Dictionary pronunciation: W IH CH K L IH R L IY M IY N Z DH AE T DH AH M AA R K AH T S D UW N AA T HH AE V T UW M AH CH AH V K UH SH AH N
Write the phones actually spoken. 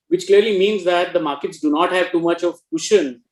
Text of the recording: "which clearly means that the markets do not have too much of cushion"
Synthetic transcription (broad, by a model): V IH CH K L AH R L IY M IY N Z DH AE T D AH M AA R K AH T S D UW N AA T HH AE V T UW M AH CH AH V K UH SH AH N